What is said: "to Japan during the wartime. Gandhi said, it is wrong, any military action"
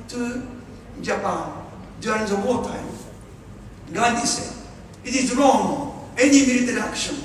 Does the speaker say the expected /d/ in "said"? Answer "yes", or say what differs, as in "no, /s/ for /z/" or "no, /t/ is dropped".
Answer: no, /d/ is dropped